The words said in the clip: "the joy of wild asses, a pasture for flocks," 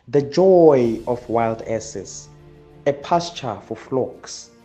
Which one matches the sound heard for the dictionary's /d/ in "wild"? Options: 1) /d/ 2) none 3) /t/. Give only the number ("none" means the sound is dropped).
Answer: 1